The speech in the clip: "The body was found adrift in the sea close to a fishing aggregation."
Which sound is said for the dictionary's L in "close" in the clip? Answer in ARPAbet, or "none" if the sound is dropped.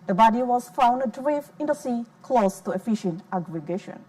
L